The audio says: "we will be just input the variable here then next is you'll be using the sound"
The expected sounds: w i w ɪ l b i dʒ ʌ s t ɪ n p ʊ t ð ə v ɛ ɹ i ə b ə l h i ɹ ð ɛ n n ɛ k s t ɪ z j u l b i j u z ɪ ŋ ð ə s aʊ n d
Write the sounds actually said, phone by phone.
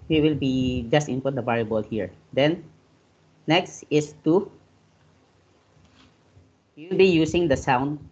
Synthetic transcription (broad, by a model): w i w ɪ l b i dʒ ʌ s t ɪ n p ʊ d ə b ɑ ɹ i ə b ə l h i ɹ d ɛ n n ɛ k s t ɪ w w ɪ l b i j u s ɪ ŋ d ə s aʊ n d